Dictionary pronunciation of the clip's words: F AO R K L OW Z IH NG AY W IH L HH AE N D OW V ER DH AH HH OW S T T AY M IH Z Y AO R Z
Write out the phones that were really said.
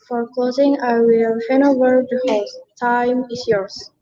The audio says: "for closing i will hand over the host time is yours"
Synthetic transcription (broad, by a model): F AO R K L OW Z IH NG AY W IH L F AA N OW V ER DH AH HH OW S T T AY M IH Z Y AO R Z